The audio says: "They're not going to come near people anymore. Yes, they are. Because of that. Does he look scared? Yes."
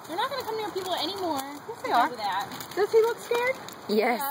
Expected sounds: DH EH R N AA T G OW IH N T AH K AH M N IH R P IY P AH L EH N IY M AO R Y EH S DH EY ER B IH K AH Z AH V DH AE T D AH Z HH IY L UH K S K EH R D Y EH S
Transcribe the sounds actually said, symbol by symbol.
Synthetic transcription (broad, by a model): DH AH R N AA T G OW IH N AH K AH M N IH R P IY P L EH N IY M AO R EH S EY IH AH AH DH AE T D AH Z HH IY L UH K S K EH R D Y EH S